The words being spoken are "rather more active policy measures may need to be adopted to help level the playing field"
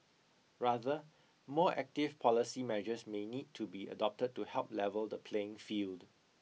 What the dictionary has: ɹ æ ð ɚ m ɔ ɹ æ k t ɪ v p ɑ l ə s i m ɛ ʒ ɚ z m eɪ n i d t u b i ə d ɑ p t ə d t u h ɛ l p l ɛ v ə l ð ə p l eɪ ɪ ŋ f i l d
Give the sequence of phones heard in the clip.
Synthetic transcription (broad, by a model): ɹ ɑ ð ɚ m ɔ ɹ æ k t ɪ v p ɑ l ə s i m ɛ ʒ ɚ s m eɪ n i d t u b i ə d ɑ p t ə d t u h ɛ l p l ɛ v ə l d ə p l eɪ ɪ ŋ f i l d